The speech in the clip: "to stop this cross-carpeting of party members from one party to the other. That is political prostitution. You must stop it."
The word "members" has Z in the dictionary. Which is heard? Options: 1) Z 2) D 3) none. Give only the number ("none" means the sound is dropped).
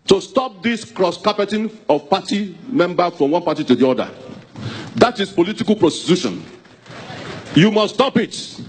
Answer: 3